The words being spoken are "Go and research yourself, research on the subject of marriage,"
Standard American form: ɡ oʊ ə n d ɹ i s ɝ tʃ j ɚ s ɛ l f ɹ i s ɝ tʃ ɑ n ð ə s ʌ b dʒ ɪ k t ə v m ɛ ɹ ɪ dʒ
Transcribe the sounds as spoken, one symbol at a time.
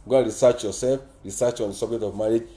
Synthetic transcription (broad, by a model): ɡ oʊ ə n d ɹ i s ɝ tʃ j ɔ s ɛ l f ɹ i s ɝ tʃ ɑ n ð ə s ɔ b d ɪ t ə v m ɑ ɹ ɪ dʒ